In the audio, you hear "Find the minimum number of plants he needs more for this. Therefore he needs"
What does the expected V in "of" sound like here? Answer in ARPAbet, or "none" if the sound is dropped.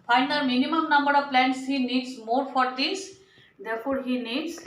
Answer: V